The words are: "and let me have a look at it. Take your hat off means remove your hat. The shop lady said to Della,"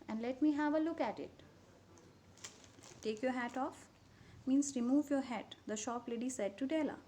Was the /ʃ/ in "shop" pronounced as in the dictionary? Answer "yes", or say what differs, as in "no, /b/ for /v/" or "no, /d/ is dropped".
yes